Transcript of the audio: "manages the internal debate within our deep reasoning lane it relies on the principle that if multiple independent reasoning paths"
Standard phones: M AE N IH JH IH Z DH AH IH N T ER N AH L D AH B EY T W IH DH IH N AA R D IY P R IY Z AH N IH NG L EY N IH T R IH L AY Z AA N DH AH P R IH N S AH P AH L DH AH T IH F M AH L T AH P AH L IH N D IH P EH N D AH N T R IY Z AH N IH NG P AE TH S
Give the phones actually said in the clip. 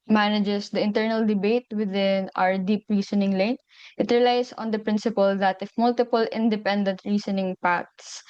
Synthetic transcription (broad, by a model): M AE N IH JH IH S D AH IH N T ER N AH L D AH B EY T W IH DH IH N AA R D IY P R IY S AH N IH NG L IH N IH T R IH L AY S AA N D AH P R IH N S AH P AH L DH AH T IH F M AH L T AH P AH L IH N D IH P EH N D AH N T R IY S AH N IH NG P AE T S